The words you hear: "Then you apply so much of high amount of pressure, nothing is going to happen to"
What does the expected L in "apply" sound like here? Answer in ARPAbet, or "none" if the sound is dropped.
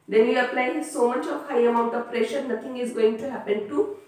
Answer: L